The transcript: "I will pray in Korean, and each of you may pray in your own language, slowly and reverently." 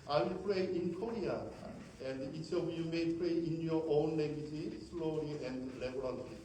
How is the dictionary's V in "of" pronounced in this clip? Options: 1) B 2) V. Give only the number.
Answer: 1